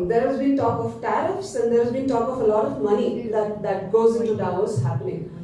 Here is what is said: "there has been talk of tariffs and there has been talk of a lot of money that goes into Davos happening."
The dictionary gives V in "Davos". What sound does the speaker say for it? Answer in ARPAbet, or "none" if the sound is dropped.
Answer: none